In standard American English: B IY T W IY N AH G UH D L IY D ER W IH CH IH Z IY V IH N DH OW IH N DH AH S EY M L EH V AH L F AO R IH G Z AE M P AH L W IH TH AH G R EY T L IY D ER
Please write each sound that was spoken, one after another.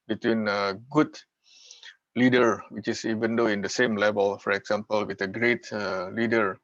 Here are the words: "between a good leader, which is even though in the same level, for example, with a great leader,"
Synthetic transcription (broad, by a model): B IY T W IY N AH G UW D L IY D ER W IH CH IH S IY V IH N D OW IH N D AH S EY M L EH V AH L F AO R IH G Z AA M P AH L W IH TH AH G R EY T L IY D ER